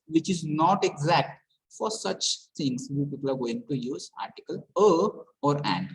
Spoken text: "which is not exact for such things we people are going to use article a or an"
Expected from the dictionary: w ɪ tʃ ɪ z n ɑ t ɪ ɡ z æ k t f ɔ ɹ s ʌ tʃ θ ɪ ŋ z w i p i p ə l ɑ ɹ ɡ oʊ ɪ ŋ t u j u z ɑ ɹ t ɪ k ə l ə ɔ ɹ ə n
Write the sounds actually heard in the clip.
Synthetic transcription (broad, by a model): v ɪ tʃ ɪ z n ɑ t ɪ ɡ z æ k t f ɔ ɹ s ʌ tʃ t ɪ ŋ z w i p i p ə l ɑ ɹ ɡ oʊ ɪ ŋ t u j u z ɑ ɹ t ɪ k ə l ə ɔ ɹ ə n